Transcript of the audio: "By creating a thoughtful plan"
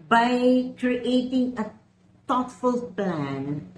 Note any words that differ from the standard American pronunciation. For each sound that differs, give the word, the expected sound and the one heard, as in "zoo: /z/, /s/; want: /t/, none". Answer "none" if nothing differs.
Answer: thoughtful: /θ/, /t/